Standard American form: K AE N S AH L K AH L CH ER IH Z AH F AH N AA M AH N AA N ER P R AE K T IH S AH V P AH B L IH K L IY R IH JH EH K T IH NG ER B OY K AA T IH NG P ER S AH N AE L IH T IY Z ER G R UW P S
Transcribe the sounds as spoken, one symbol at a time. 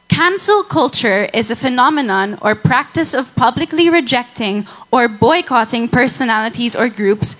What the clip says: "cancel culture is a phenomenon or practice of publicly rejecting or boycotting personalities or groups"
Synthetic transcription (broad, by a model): K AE N S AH L K AH L CH ER IH Z AH F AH N AA M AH N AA N ER P R AE K T IH S AH V P AH B L IH K L IY R IH JH EH K T IH NG ER B OY K AA T IH NG P ER S AH N AE L IH T IY Z ER G R UW P S